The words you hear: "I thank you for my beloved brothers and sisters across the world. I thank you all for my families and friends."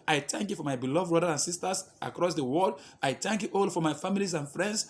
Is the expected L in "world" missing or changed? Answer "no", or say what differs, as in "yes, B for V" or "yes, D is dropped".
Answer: yes, L is dropped